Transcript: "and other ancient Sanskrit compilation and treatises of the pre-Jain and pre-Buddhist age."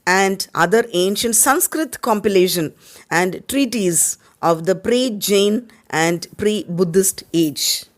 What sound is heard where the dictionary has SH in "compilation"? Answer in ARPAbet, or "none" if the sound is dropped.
SH